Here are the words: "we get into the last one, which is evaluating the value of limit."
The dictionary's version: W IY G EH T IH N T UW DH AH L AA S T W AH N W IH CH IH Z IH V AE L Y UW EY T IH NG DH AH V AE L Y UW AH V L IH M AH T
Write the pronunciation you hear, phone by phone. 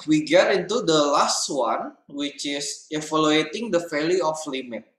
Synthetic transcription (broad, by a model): W IY G EH T IH N T UW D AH L AA S T W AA N W IH CH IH S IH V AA L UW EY T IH NG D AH F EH L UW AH F L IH M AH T